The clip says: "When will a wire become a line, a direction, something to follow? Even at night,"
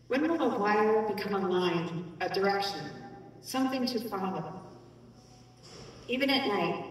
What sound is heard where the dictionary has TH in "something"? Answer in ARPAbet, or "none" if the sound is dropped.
TH